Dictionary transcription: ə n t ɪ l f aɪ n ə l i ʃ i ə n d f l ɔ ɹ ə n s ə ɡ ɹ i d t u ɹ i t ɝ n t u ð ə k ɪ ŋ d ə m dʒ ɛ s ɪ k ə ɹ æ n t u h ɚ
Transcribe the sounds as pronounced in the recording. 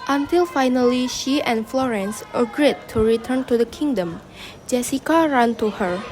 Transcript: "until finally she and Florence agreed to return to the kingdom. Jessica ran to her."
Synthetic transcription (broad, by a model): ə n t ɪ l f aɪ n ə l i ʃ i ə n f l ɔ ɹ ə n s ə ɡ ɹ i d t u ɹ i t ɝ n t u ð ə k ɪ ŋ d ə m dʒ ɛ s ɪ k ə ɹ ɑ n t u h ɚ